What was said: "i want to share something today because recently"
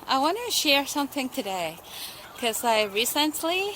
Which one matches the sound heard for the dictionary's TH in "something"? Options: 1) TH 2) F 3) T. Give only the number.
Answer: 1